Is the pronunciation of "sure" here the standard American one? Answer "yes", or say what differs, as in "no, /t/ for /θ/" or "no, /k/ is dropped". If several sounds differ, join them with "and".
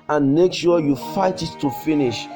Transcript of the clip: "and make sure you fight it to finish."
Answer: no, /s/ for /ʃ/